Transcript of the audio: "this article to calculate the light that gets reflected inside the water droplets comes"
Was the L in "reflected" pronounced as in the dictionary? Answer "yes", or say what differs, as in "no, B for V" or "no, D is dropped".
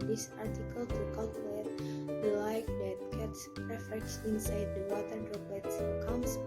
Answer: no, L is dropped